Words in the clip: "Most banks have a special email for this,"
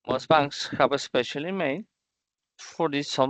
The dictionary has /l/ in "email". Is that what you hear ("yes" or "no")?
no